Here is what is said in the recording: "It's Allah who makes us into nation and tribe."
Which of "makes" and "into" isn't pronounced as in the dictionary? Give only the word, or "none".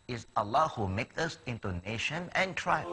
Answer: makes